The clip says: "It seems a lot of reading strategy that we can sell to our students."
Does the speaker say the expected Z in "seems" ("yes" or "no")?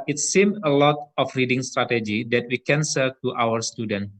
no